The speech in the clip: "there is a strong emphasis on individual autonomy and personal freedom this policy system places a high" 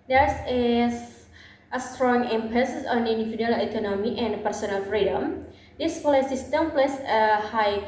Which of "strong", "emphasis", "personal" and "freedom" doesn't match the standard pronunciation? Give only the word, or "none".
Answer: emphasis